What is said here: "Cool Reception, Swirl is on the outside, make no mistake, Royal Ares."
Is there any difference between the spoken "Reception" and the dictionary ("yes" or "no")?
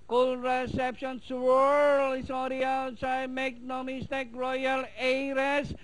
no